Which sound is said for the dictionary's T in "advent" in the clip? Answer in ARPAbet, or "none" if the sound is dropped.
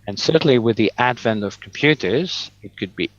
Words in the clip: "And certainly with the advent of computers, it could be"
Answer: T